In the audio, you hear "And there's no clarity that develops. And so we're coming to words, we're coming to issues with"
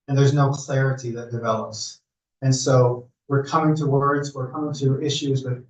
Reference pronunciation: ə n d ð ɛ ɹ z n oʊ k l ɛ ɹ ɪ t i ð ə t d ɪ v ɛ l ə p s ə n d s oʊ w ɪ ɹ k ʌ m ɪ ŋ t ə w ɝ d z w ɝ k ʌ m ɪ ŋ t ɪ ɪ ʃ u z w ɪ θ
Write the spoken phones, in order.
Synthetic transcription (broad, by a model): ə n ð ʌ ɹ z n oʊ k l ɛ ɹ ɪ t i ð ə t d ɪ v ɛ l ə p s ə n s oʊ w ɪ ɹ k ʌ m ɪ ŋ t ə w ɝ d z w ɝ k ʌ m ɪ ŋ t ɪ ɪ ʃ u z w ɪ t